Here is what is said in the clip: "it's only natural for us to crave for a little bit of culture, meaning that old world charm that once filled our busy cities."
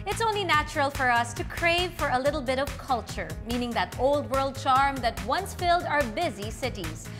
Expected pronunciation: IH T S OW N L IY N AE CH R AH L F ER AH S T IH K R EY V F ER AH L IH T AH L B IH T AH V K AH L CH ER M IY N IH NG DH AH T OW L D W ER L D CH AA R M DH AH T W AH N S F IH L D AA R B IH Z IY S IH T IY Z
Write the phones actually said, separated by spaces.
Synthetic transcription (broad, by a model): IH T S OW N L IY N AE CH R AH L F ER AH S T IH K R EY V F ER AH L IH T L B IH T AH V K AH L CH ER M IY N IH NG DH AH T OW L D W ER L D CH AA R M DH AH T W AH N S F IH L D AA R B IH Z IY S IH T IY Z